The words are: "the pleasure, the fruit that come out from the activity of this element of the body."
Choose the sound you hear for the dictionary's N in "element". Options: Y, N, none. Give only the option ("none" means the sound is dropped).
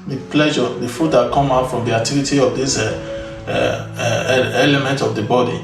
N